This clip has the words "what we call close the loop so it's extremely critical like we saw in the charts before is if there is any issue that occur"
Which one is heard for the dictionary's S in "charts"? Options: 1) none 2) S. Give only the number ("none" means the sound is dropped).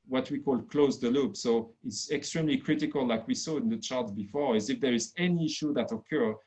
1